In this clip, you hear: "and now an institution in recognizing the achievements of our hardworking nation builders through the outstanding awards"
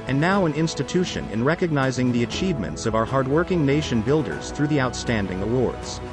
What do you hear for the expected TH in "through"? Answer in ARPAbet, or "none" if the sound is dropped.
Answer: TH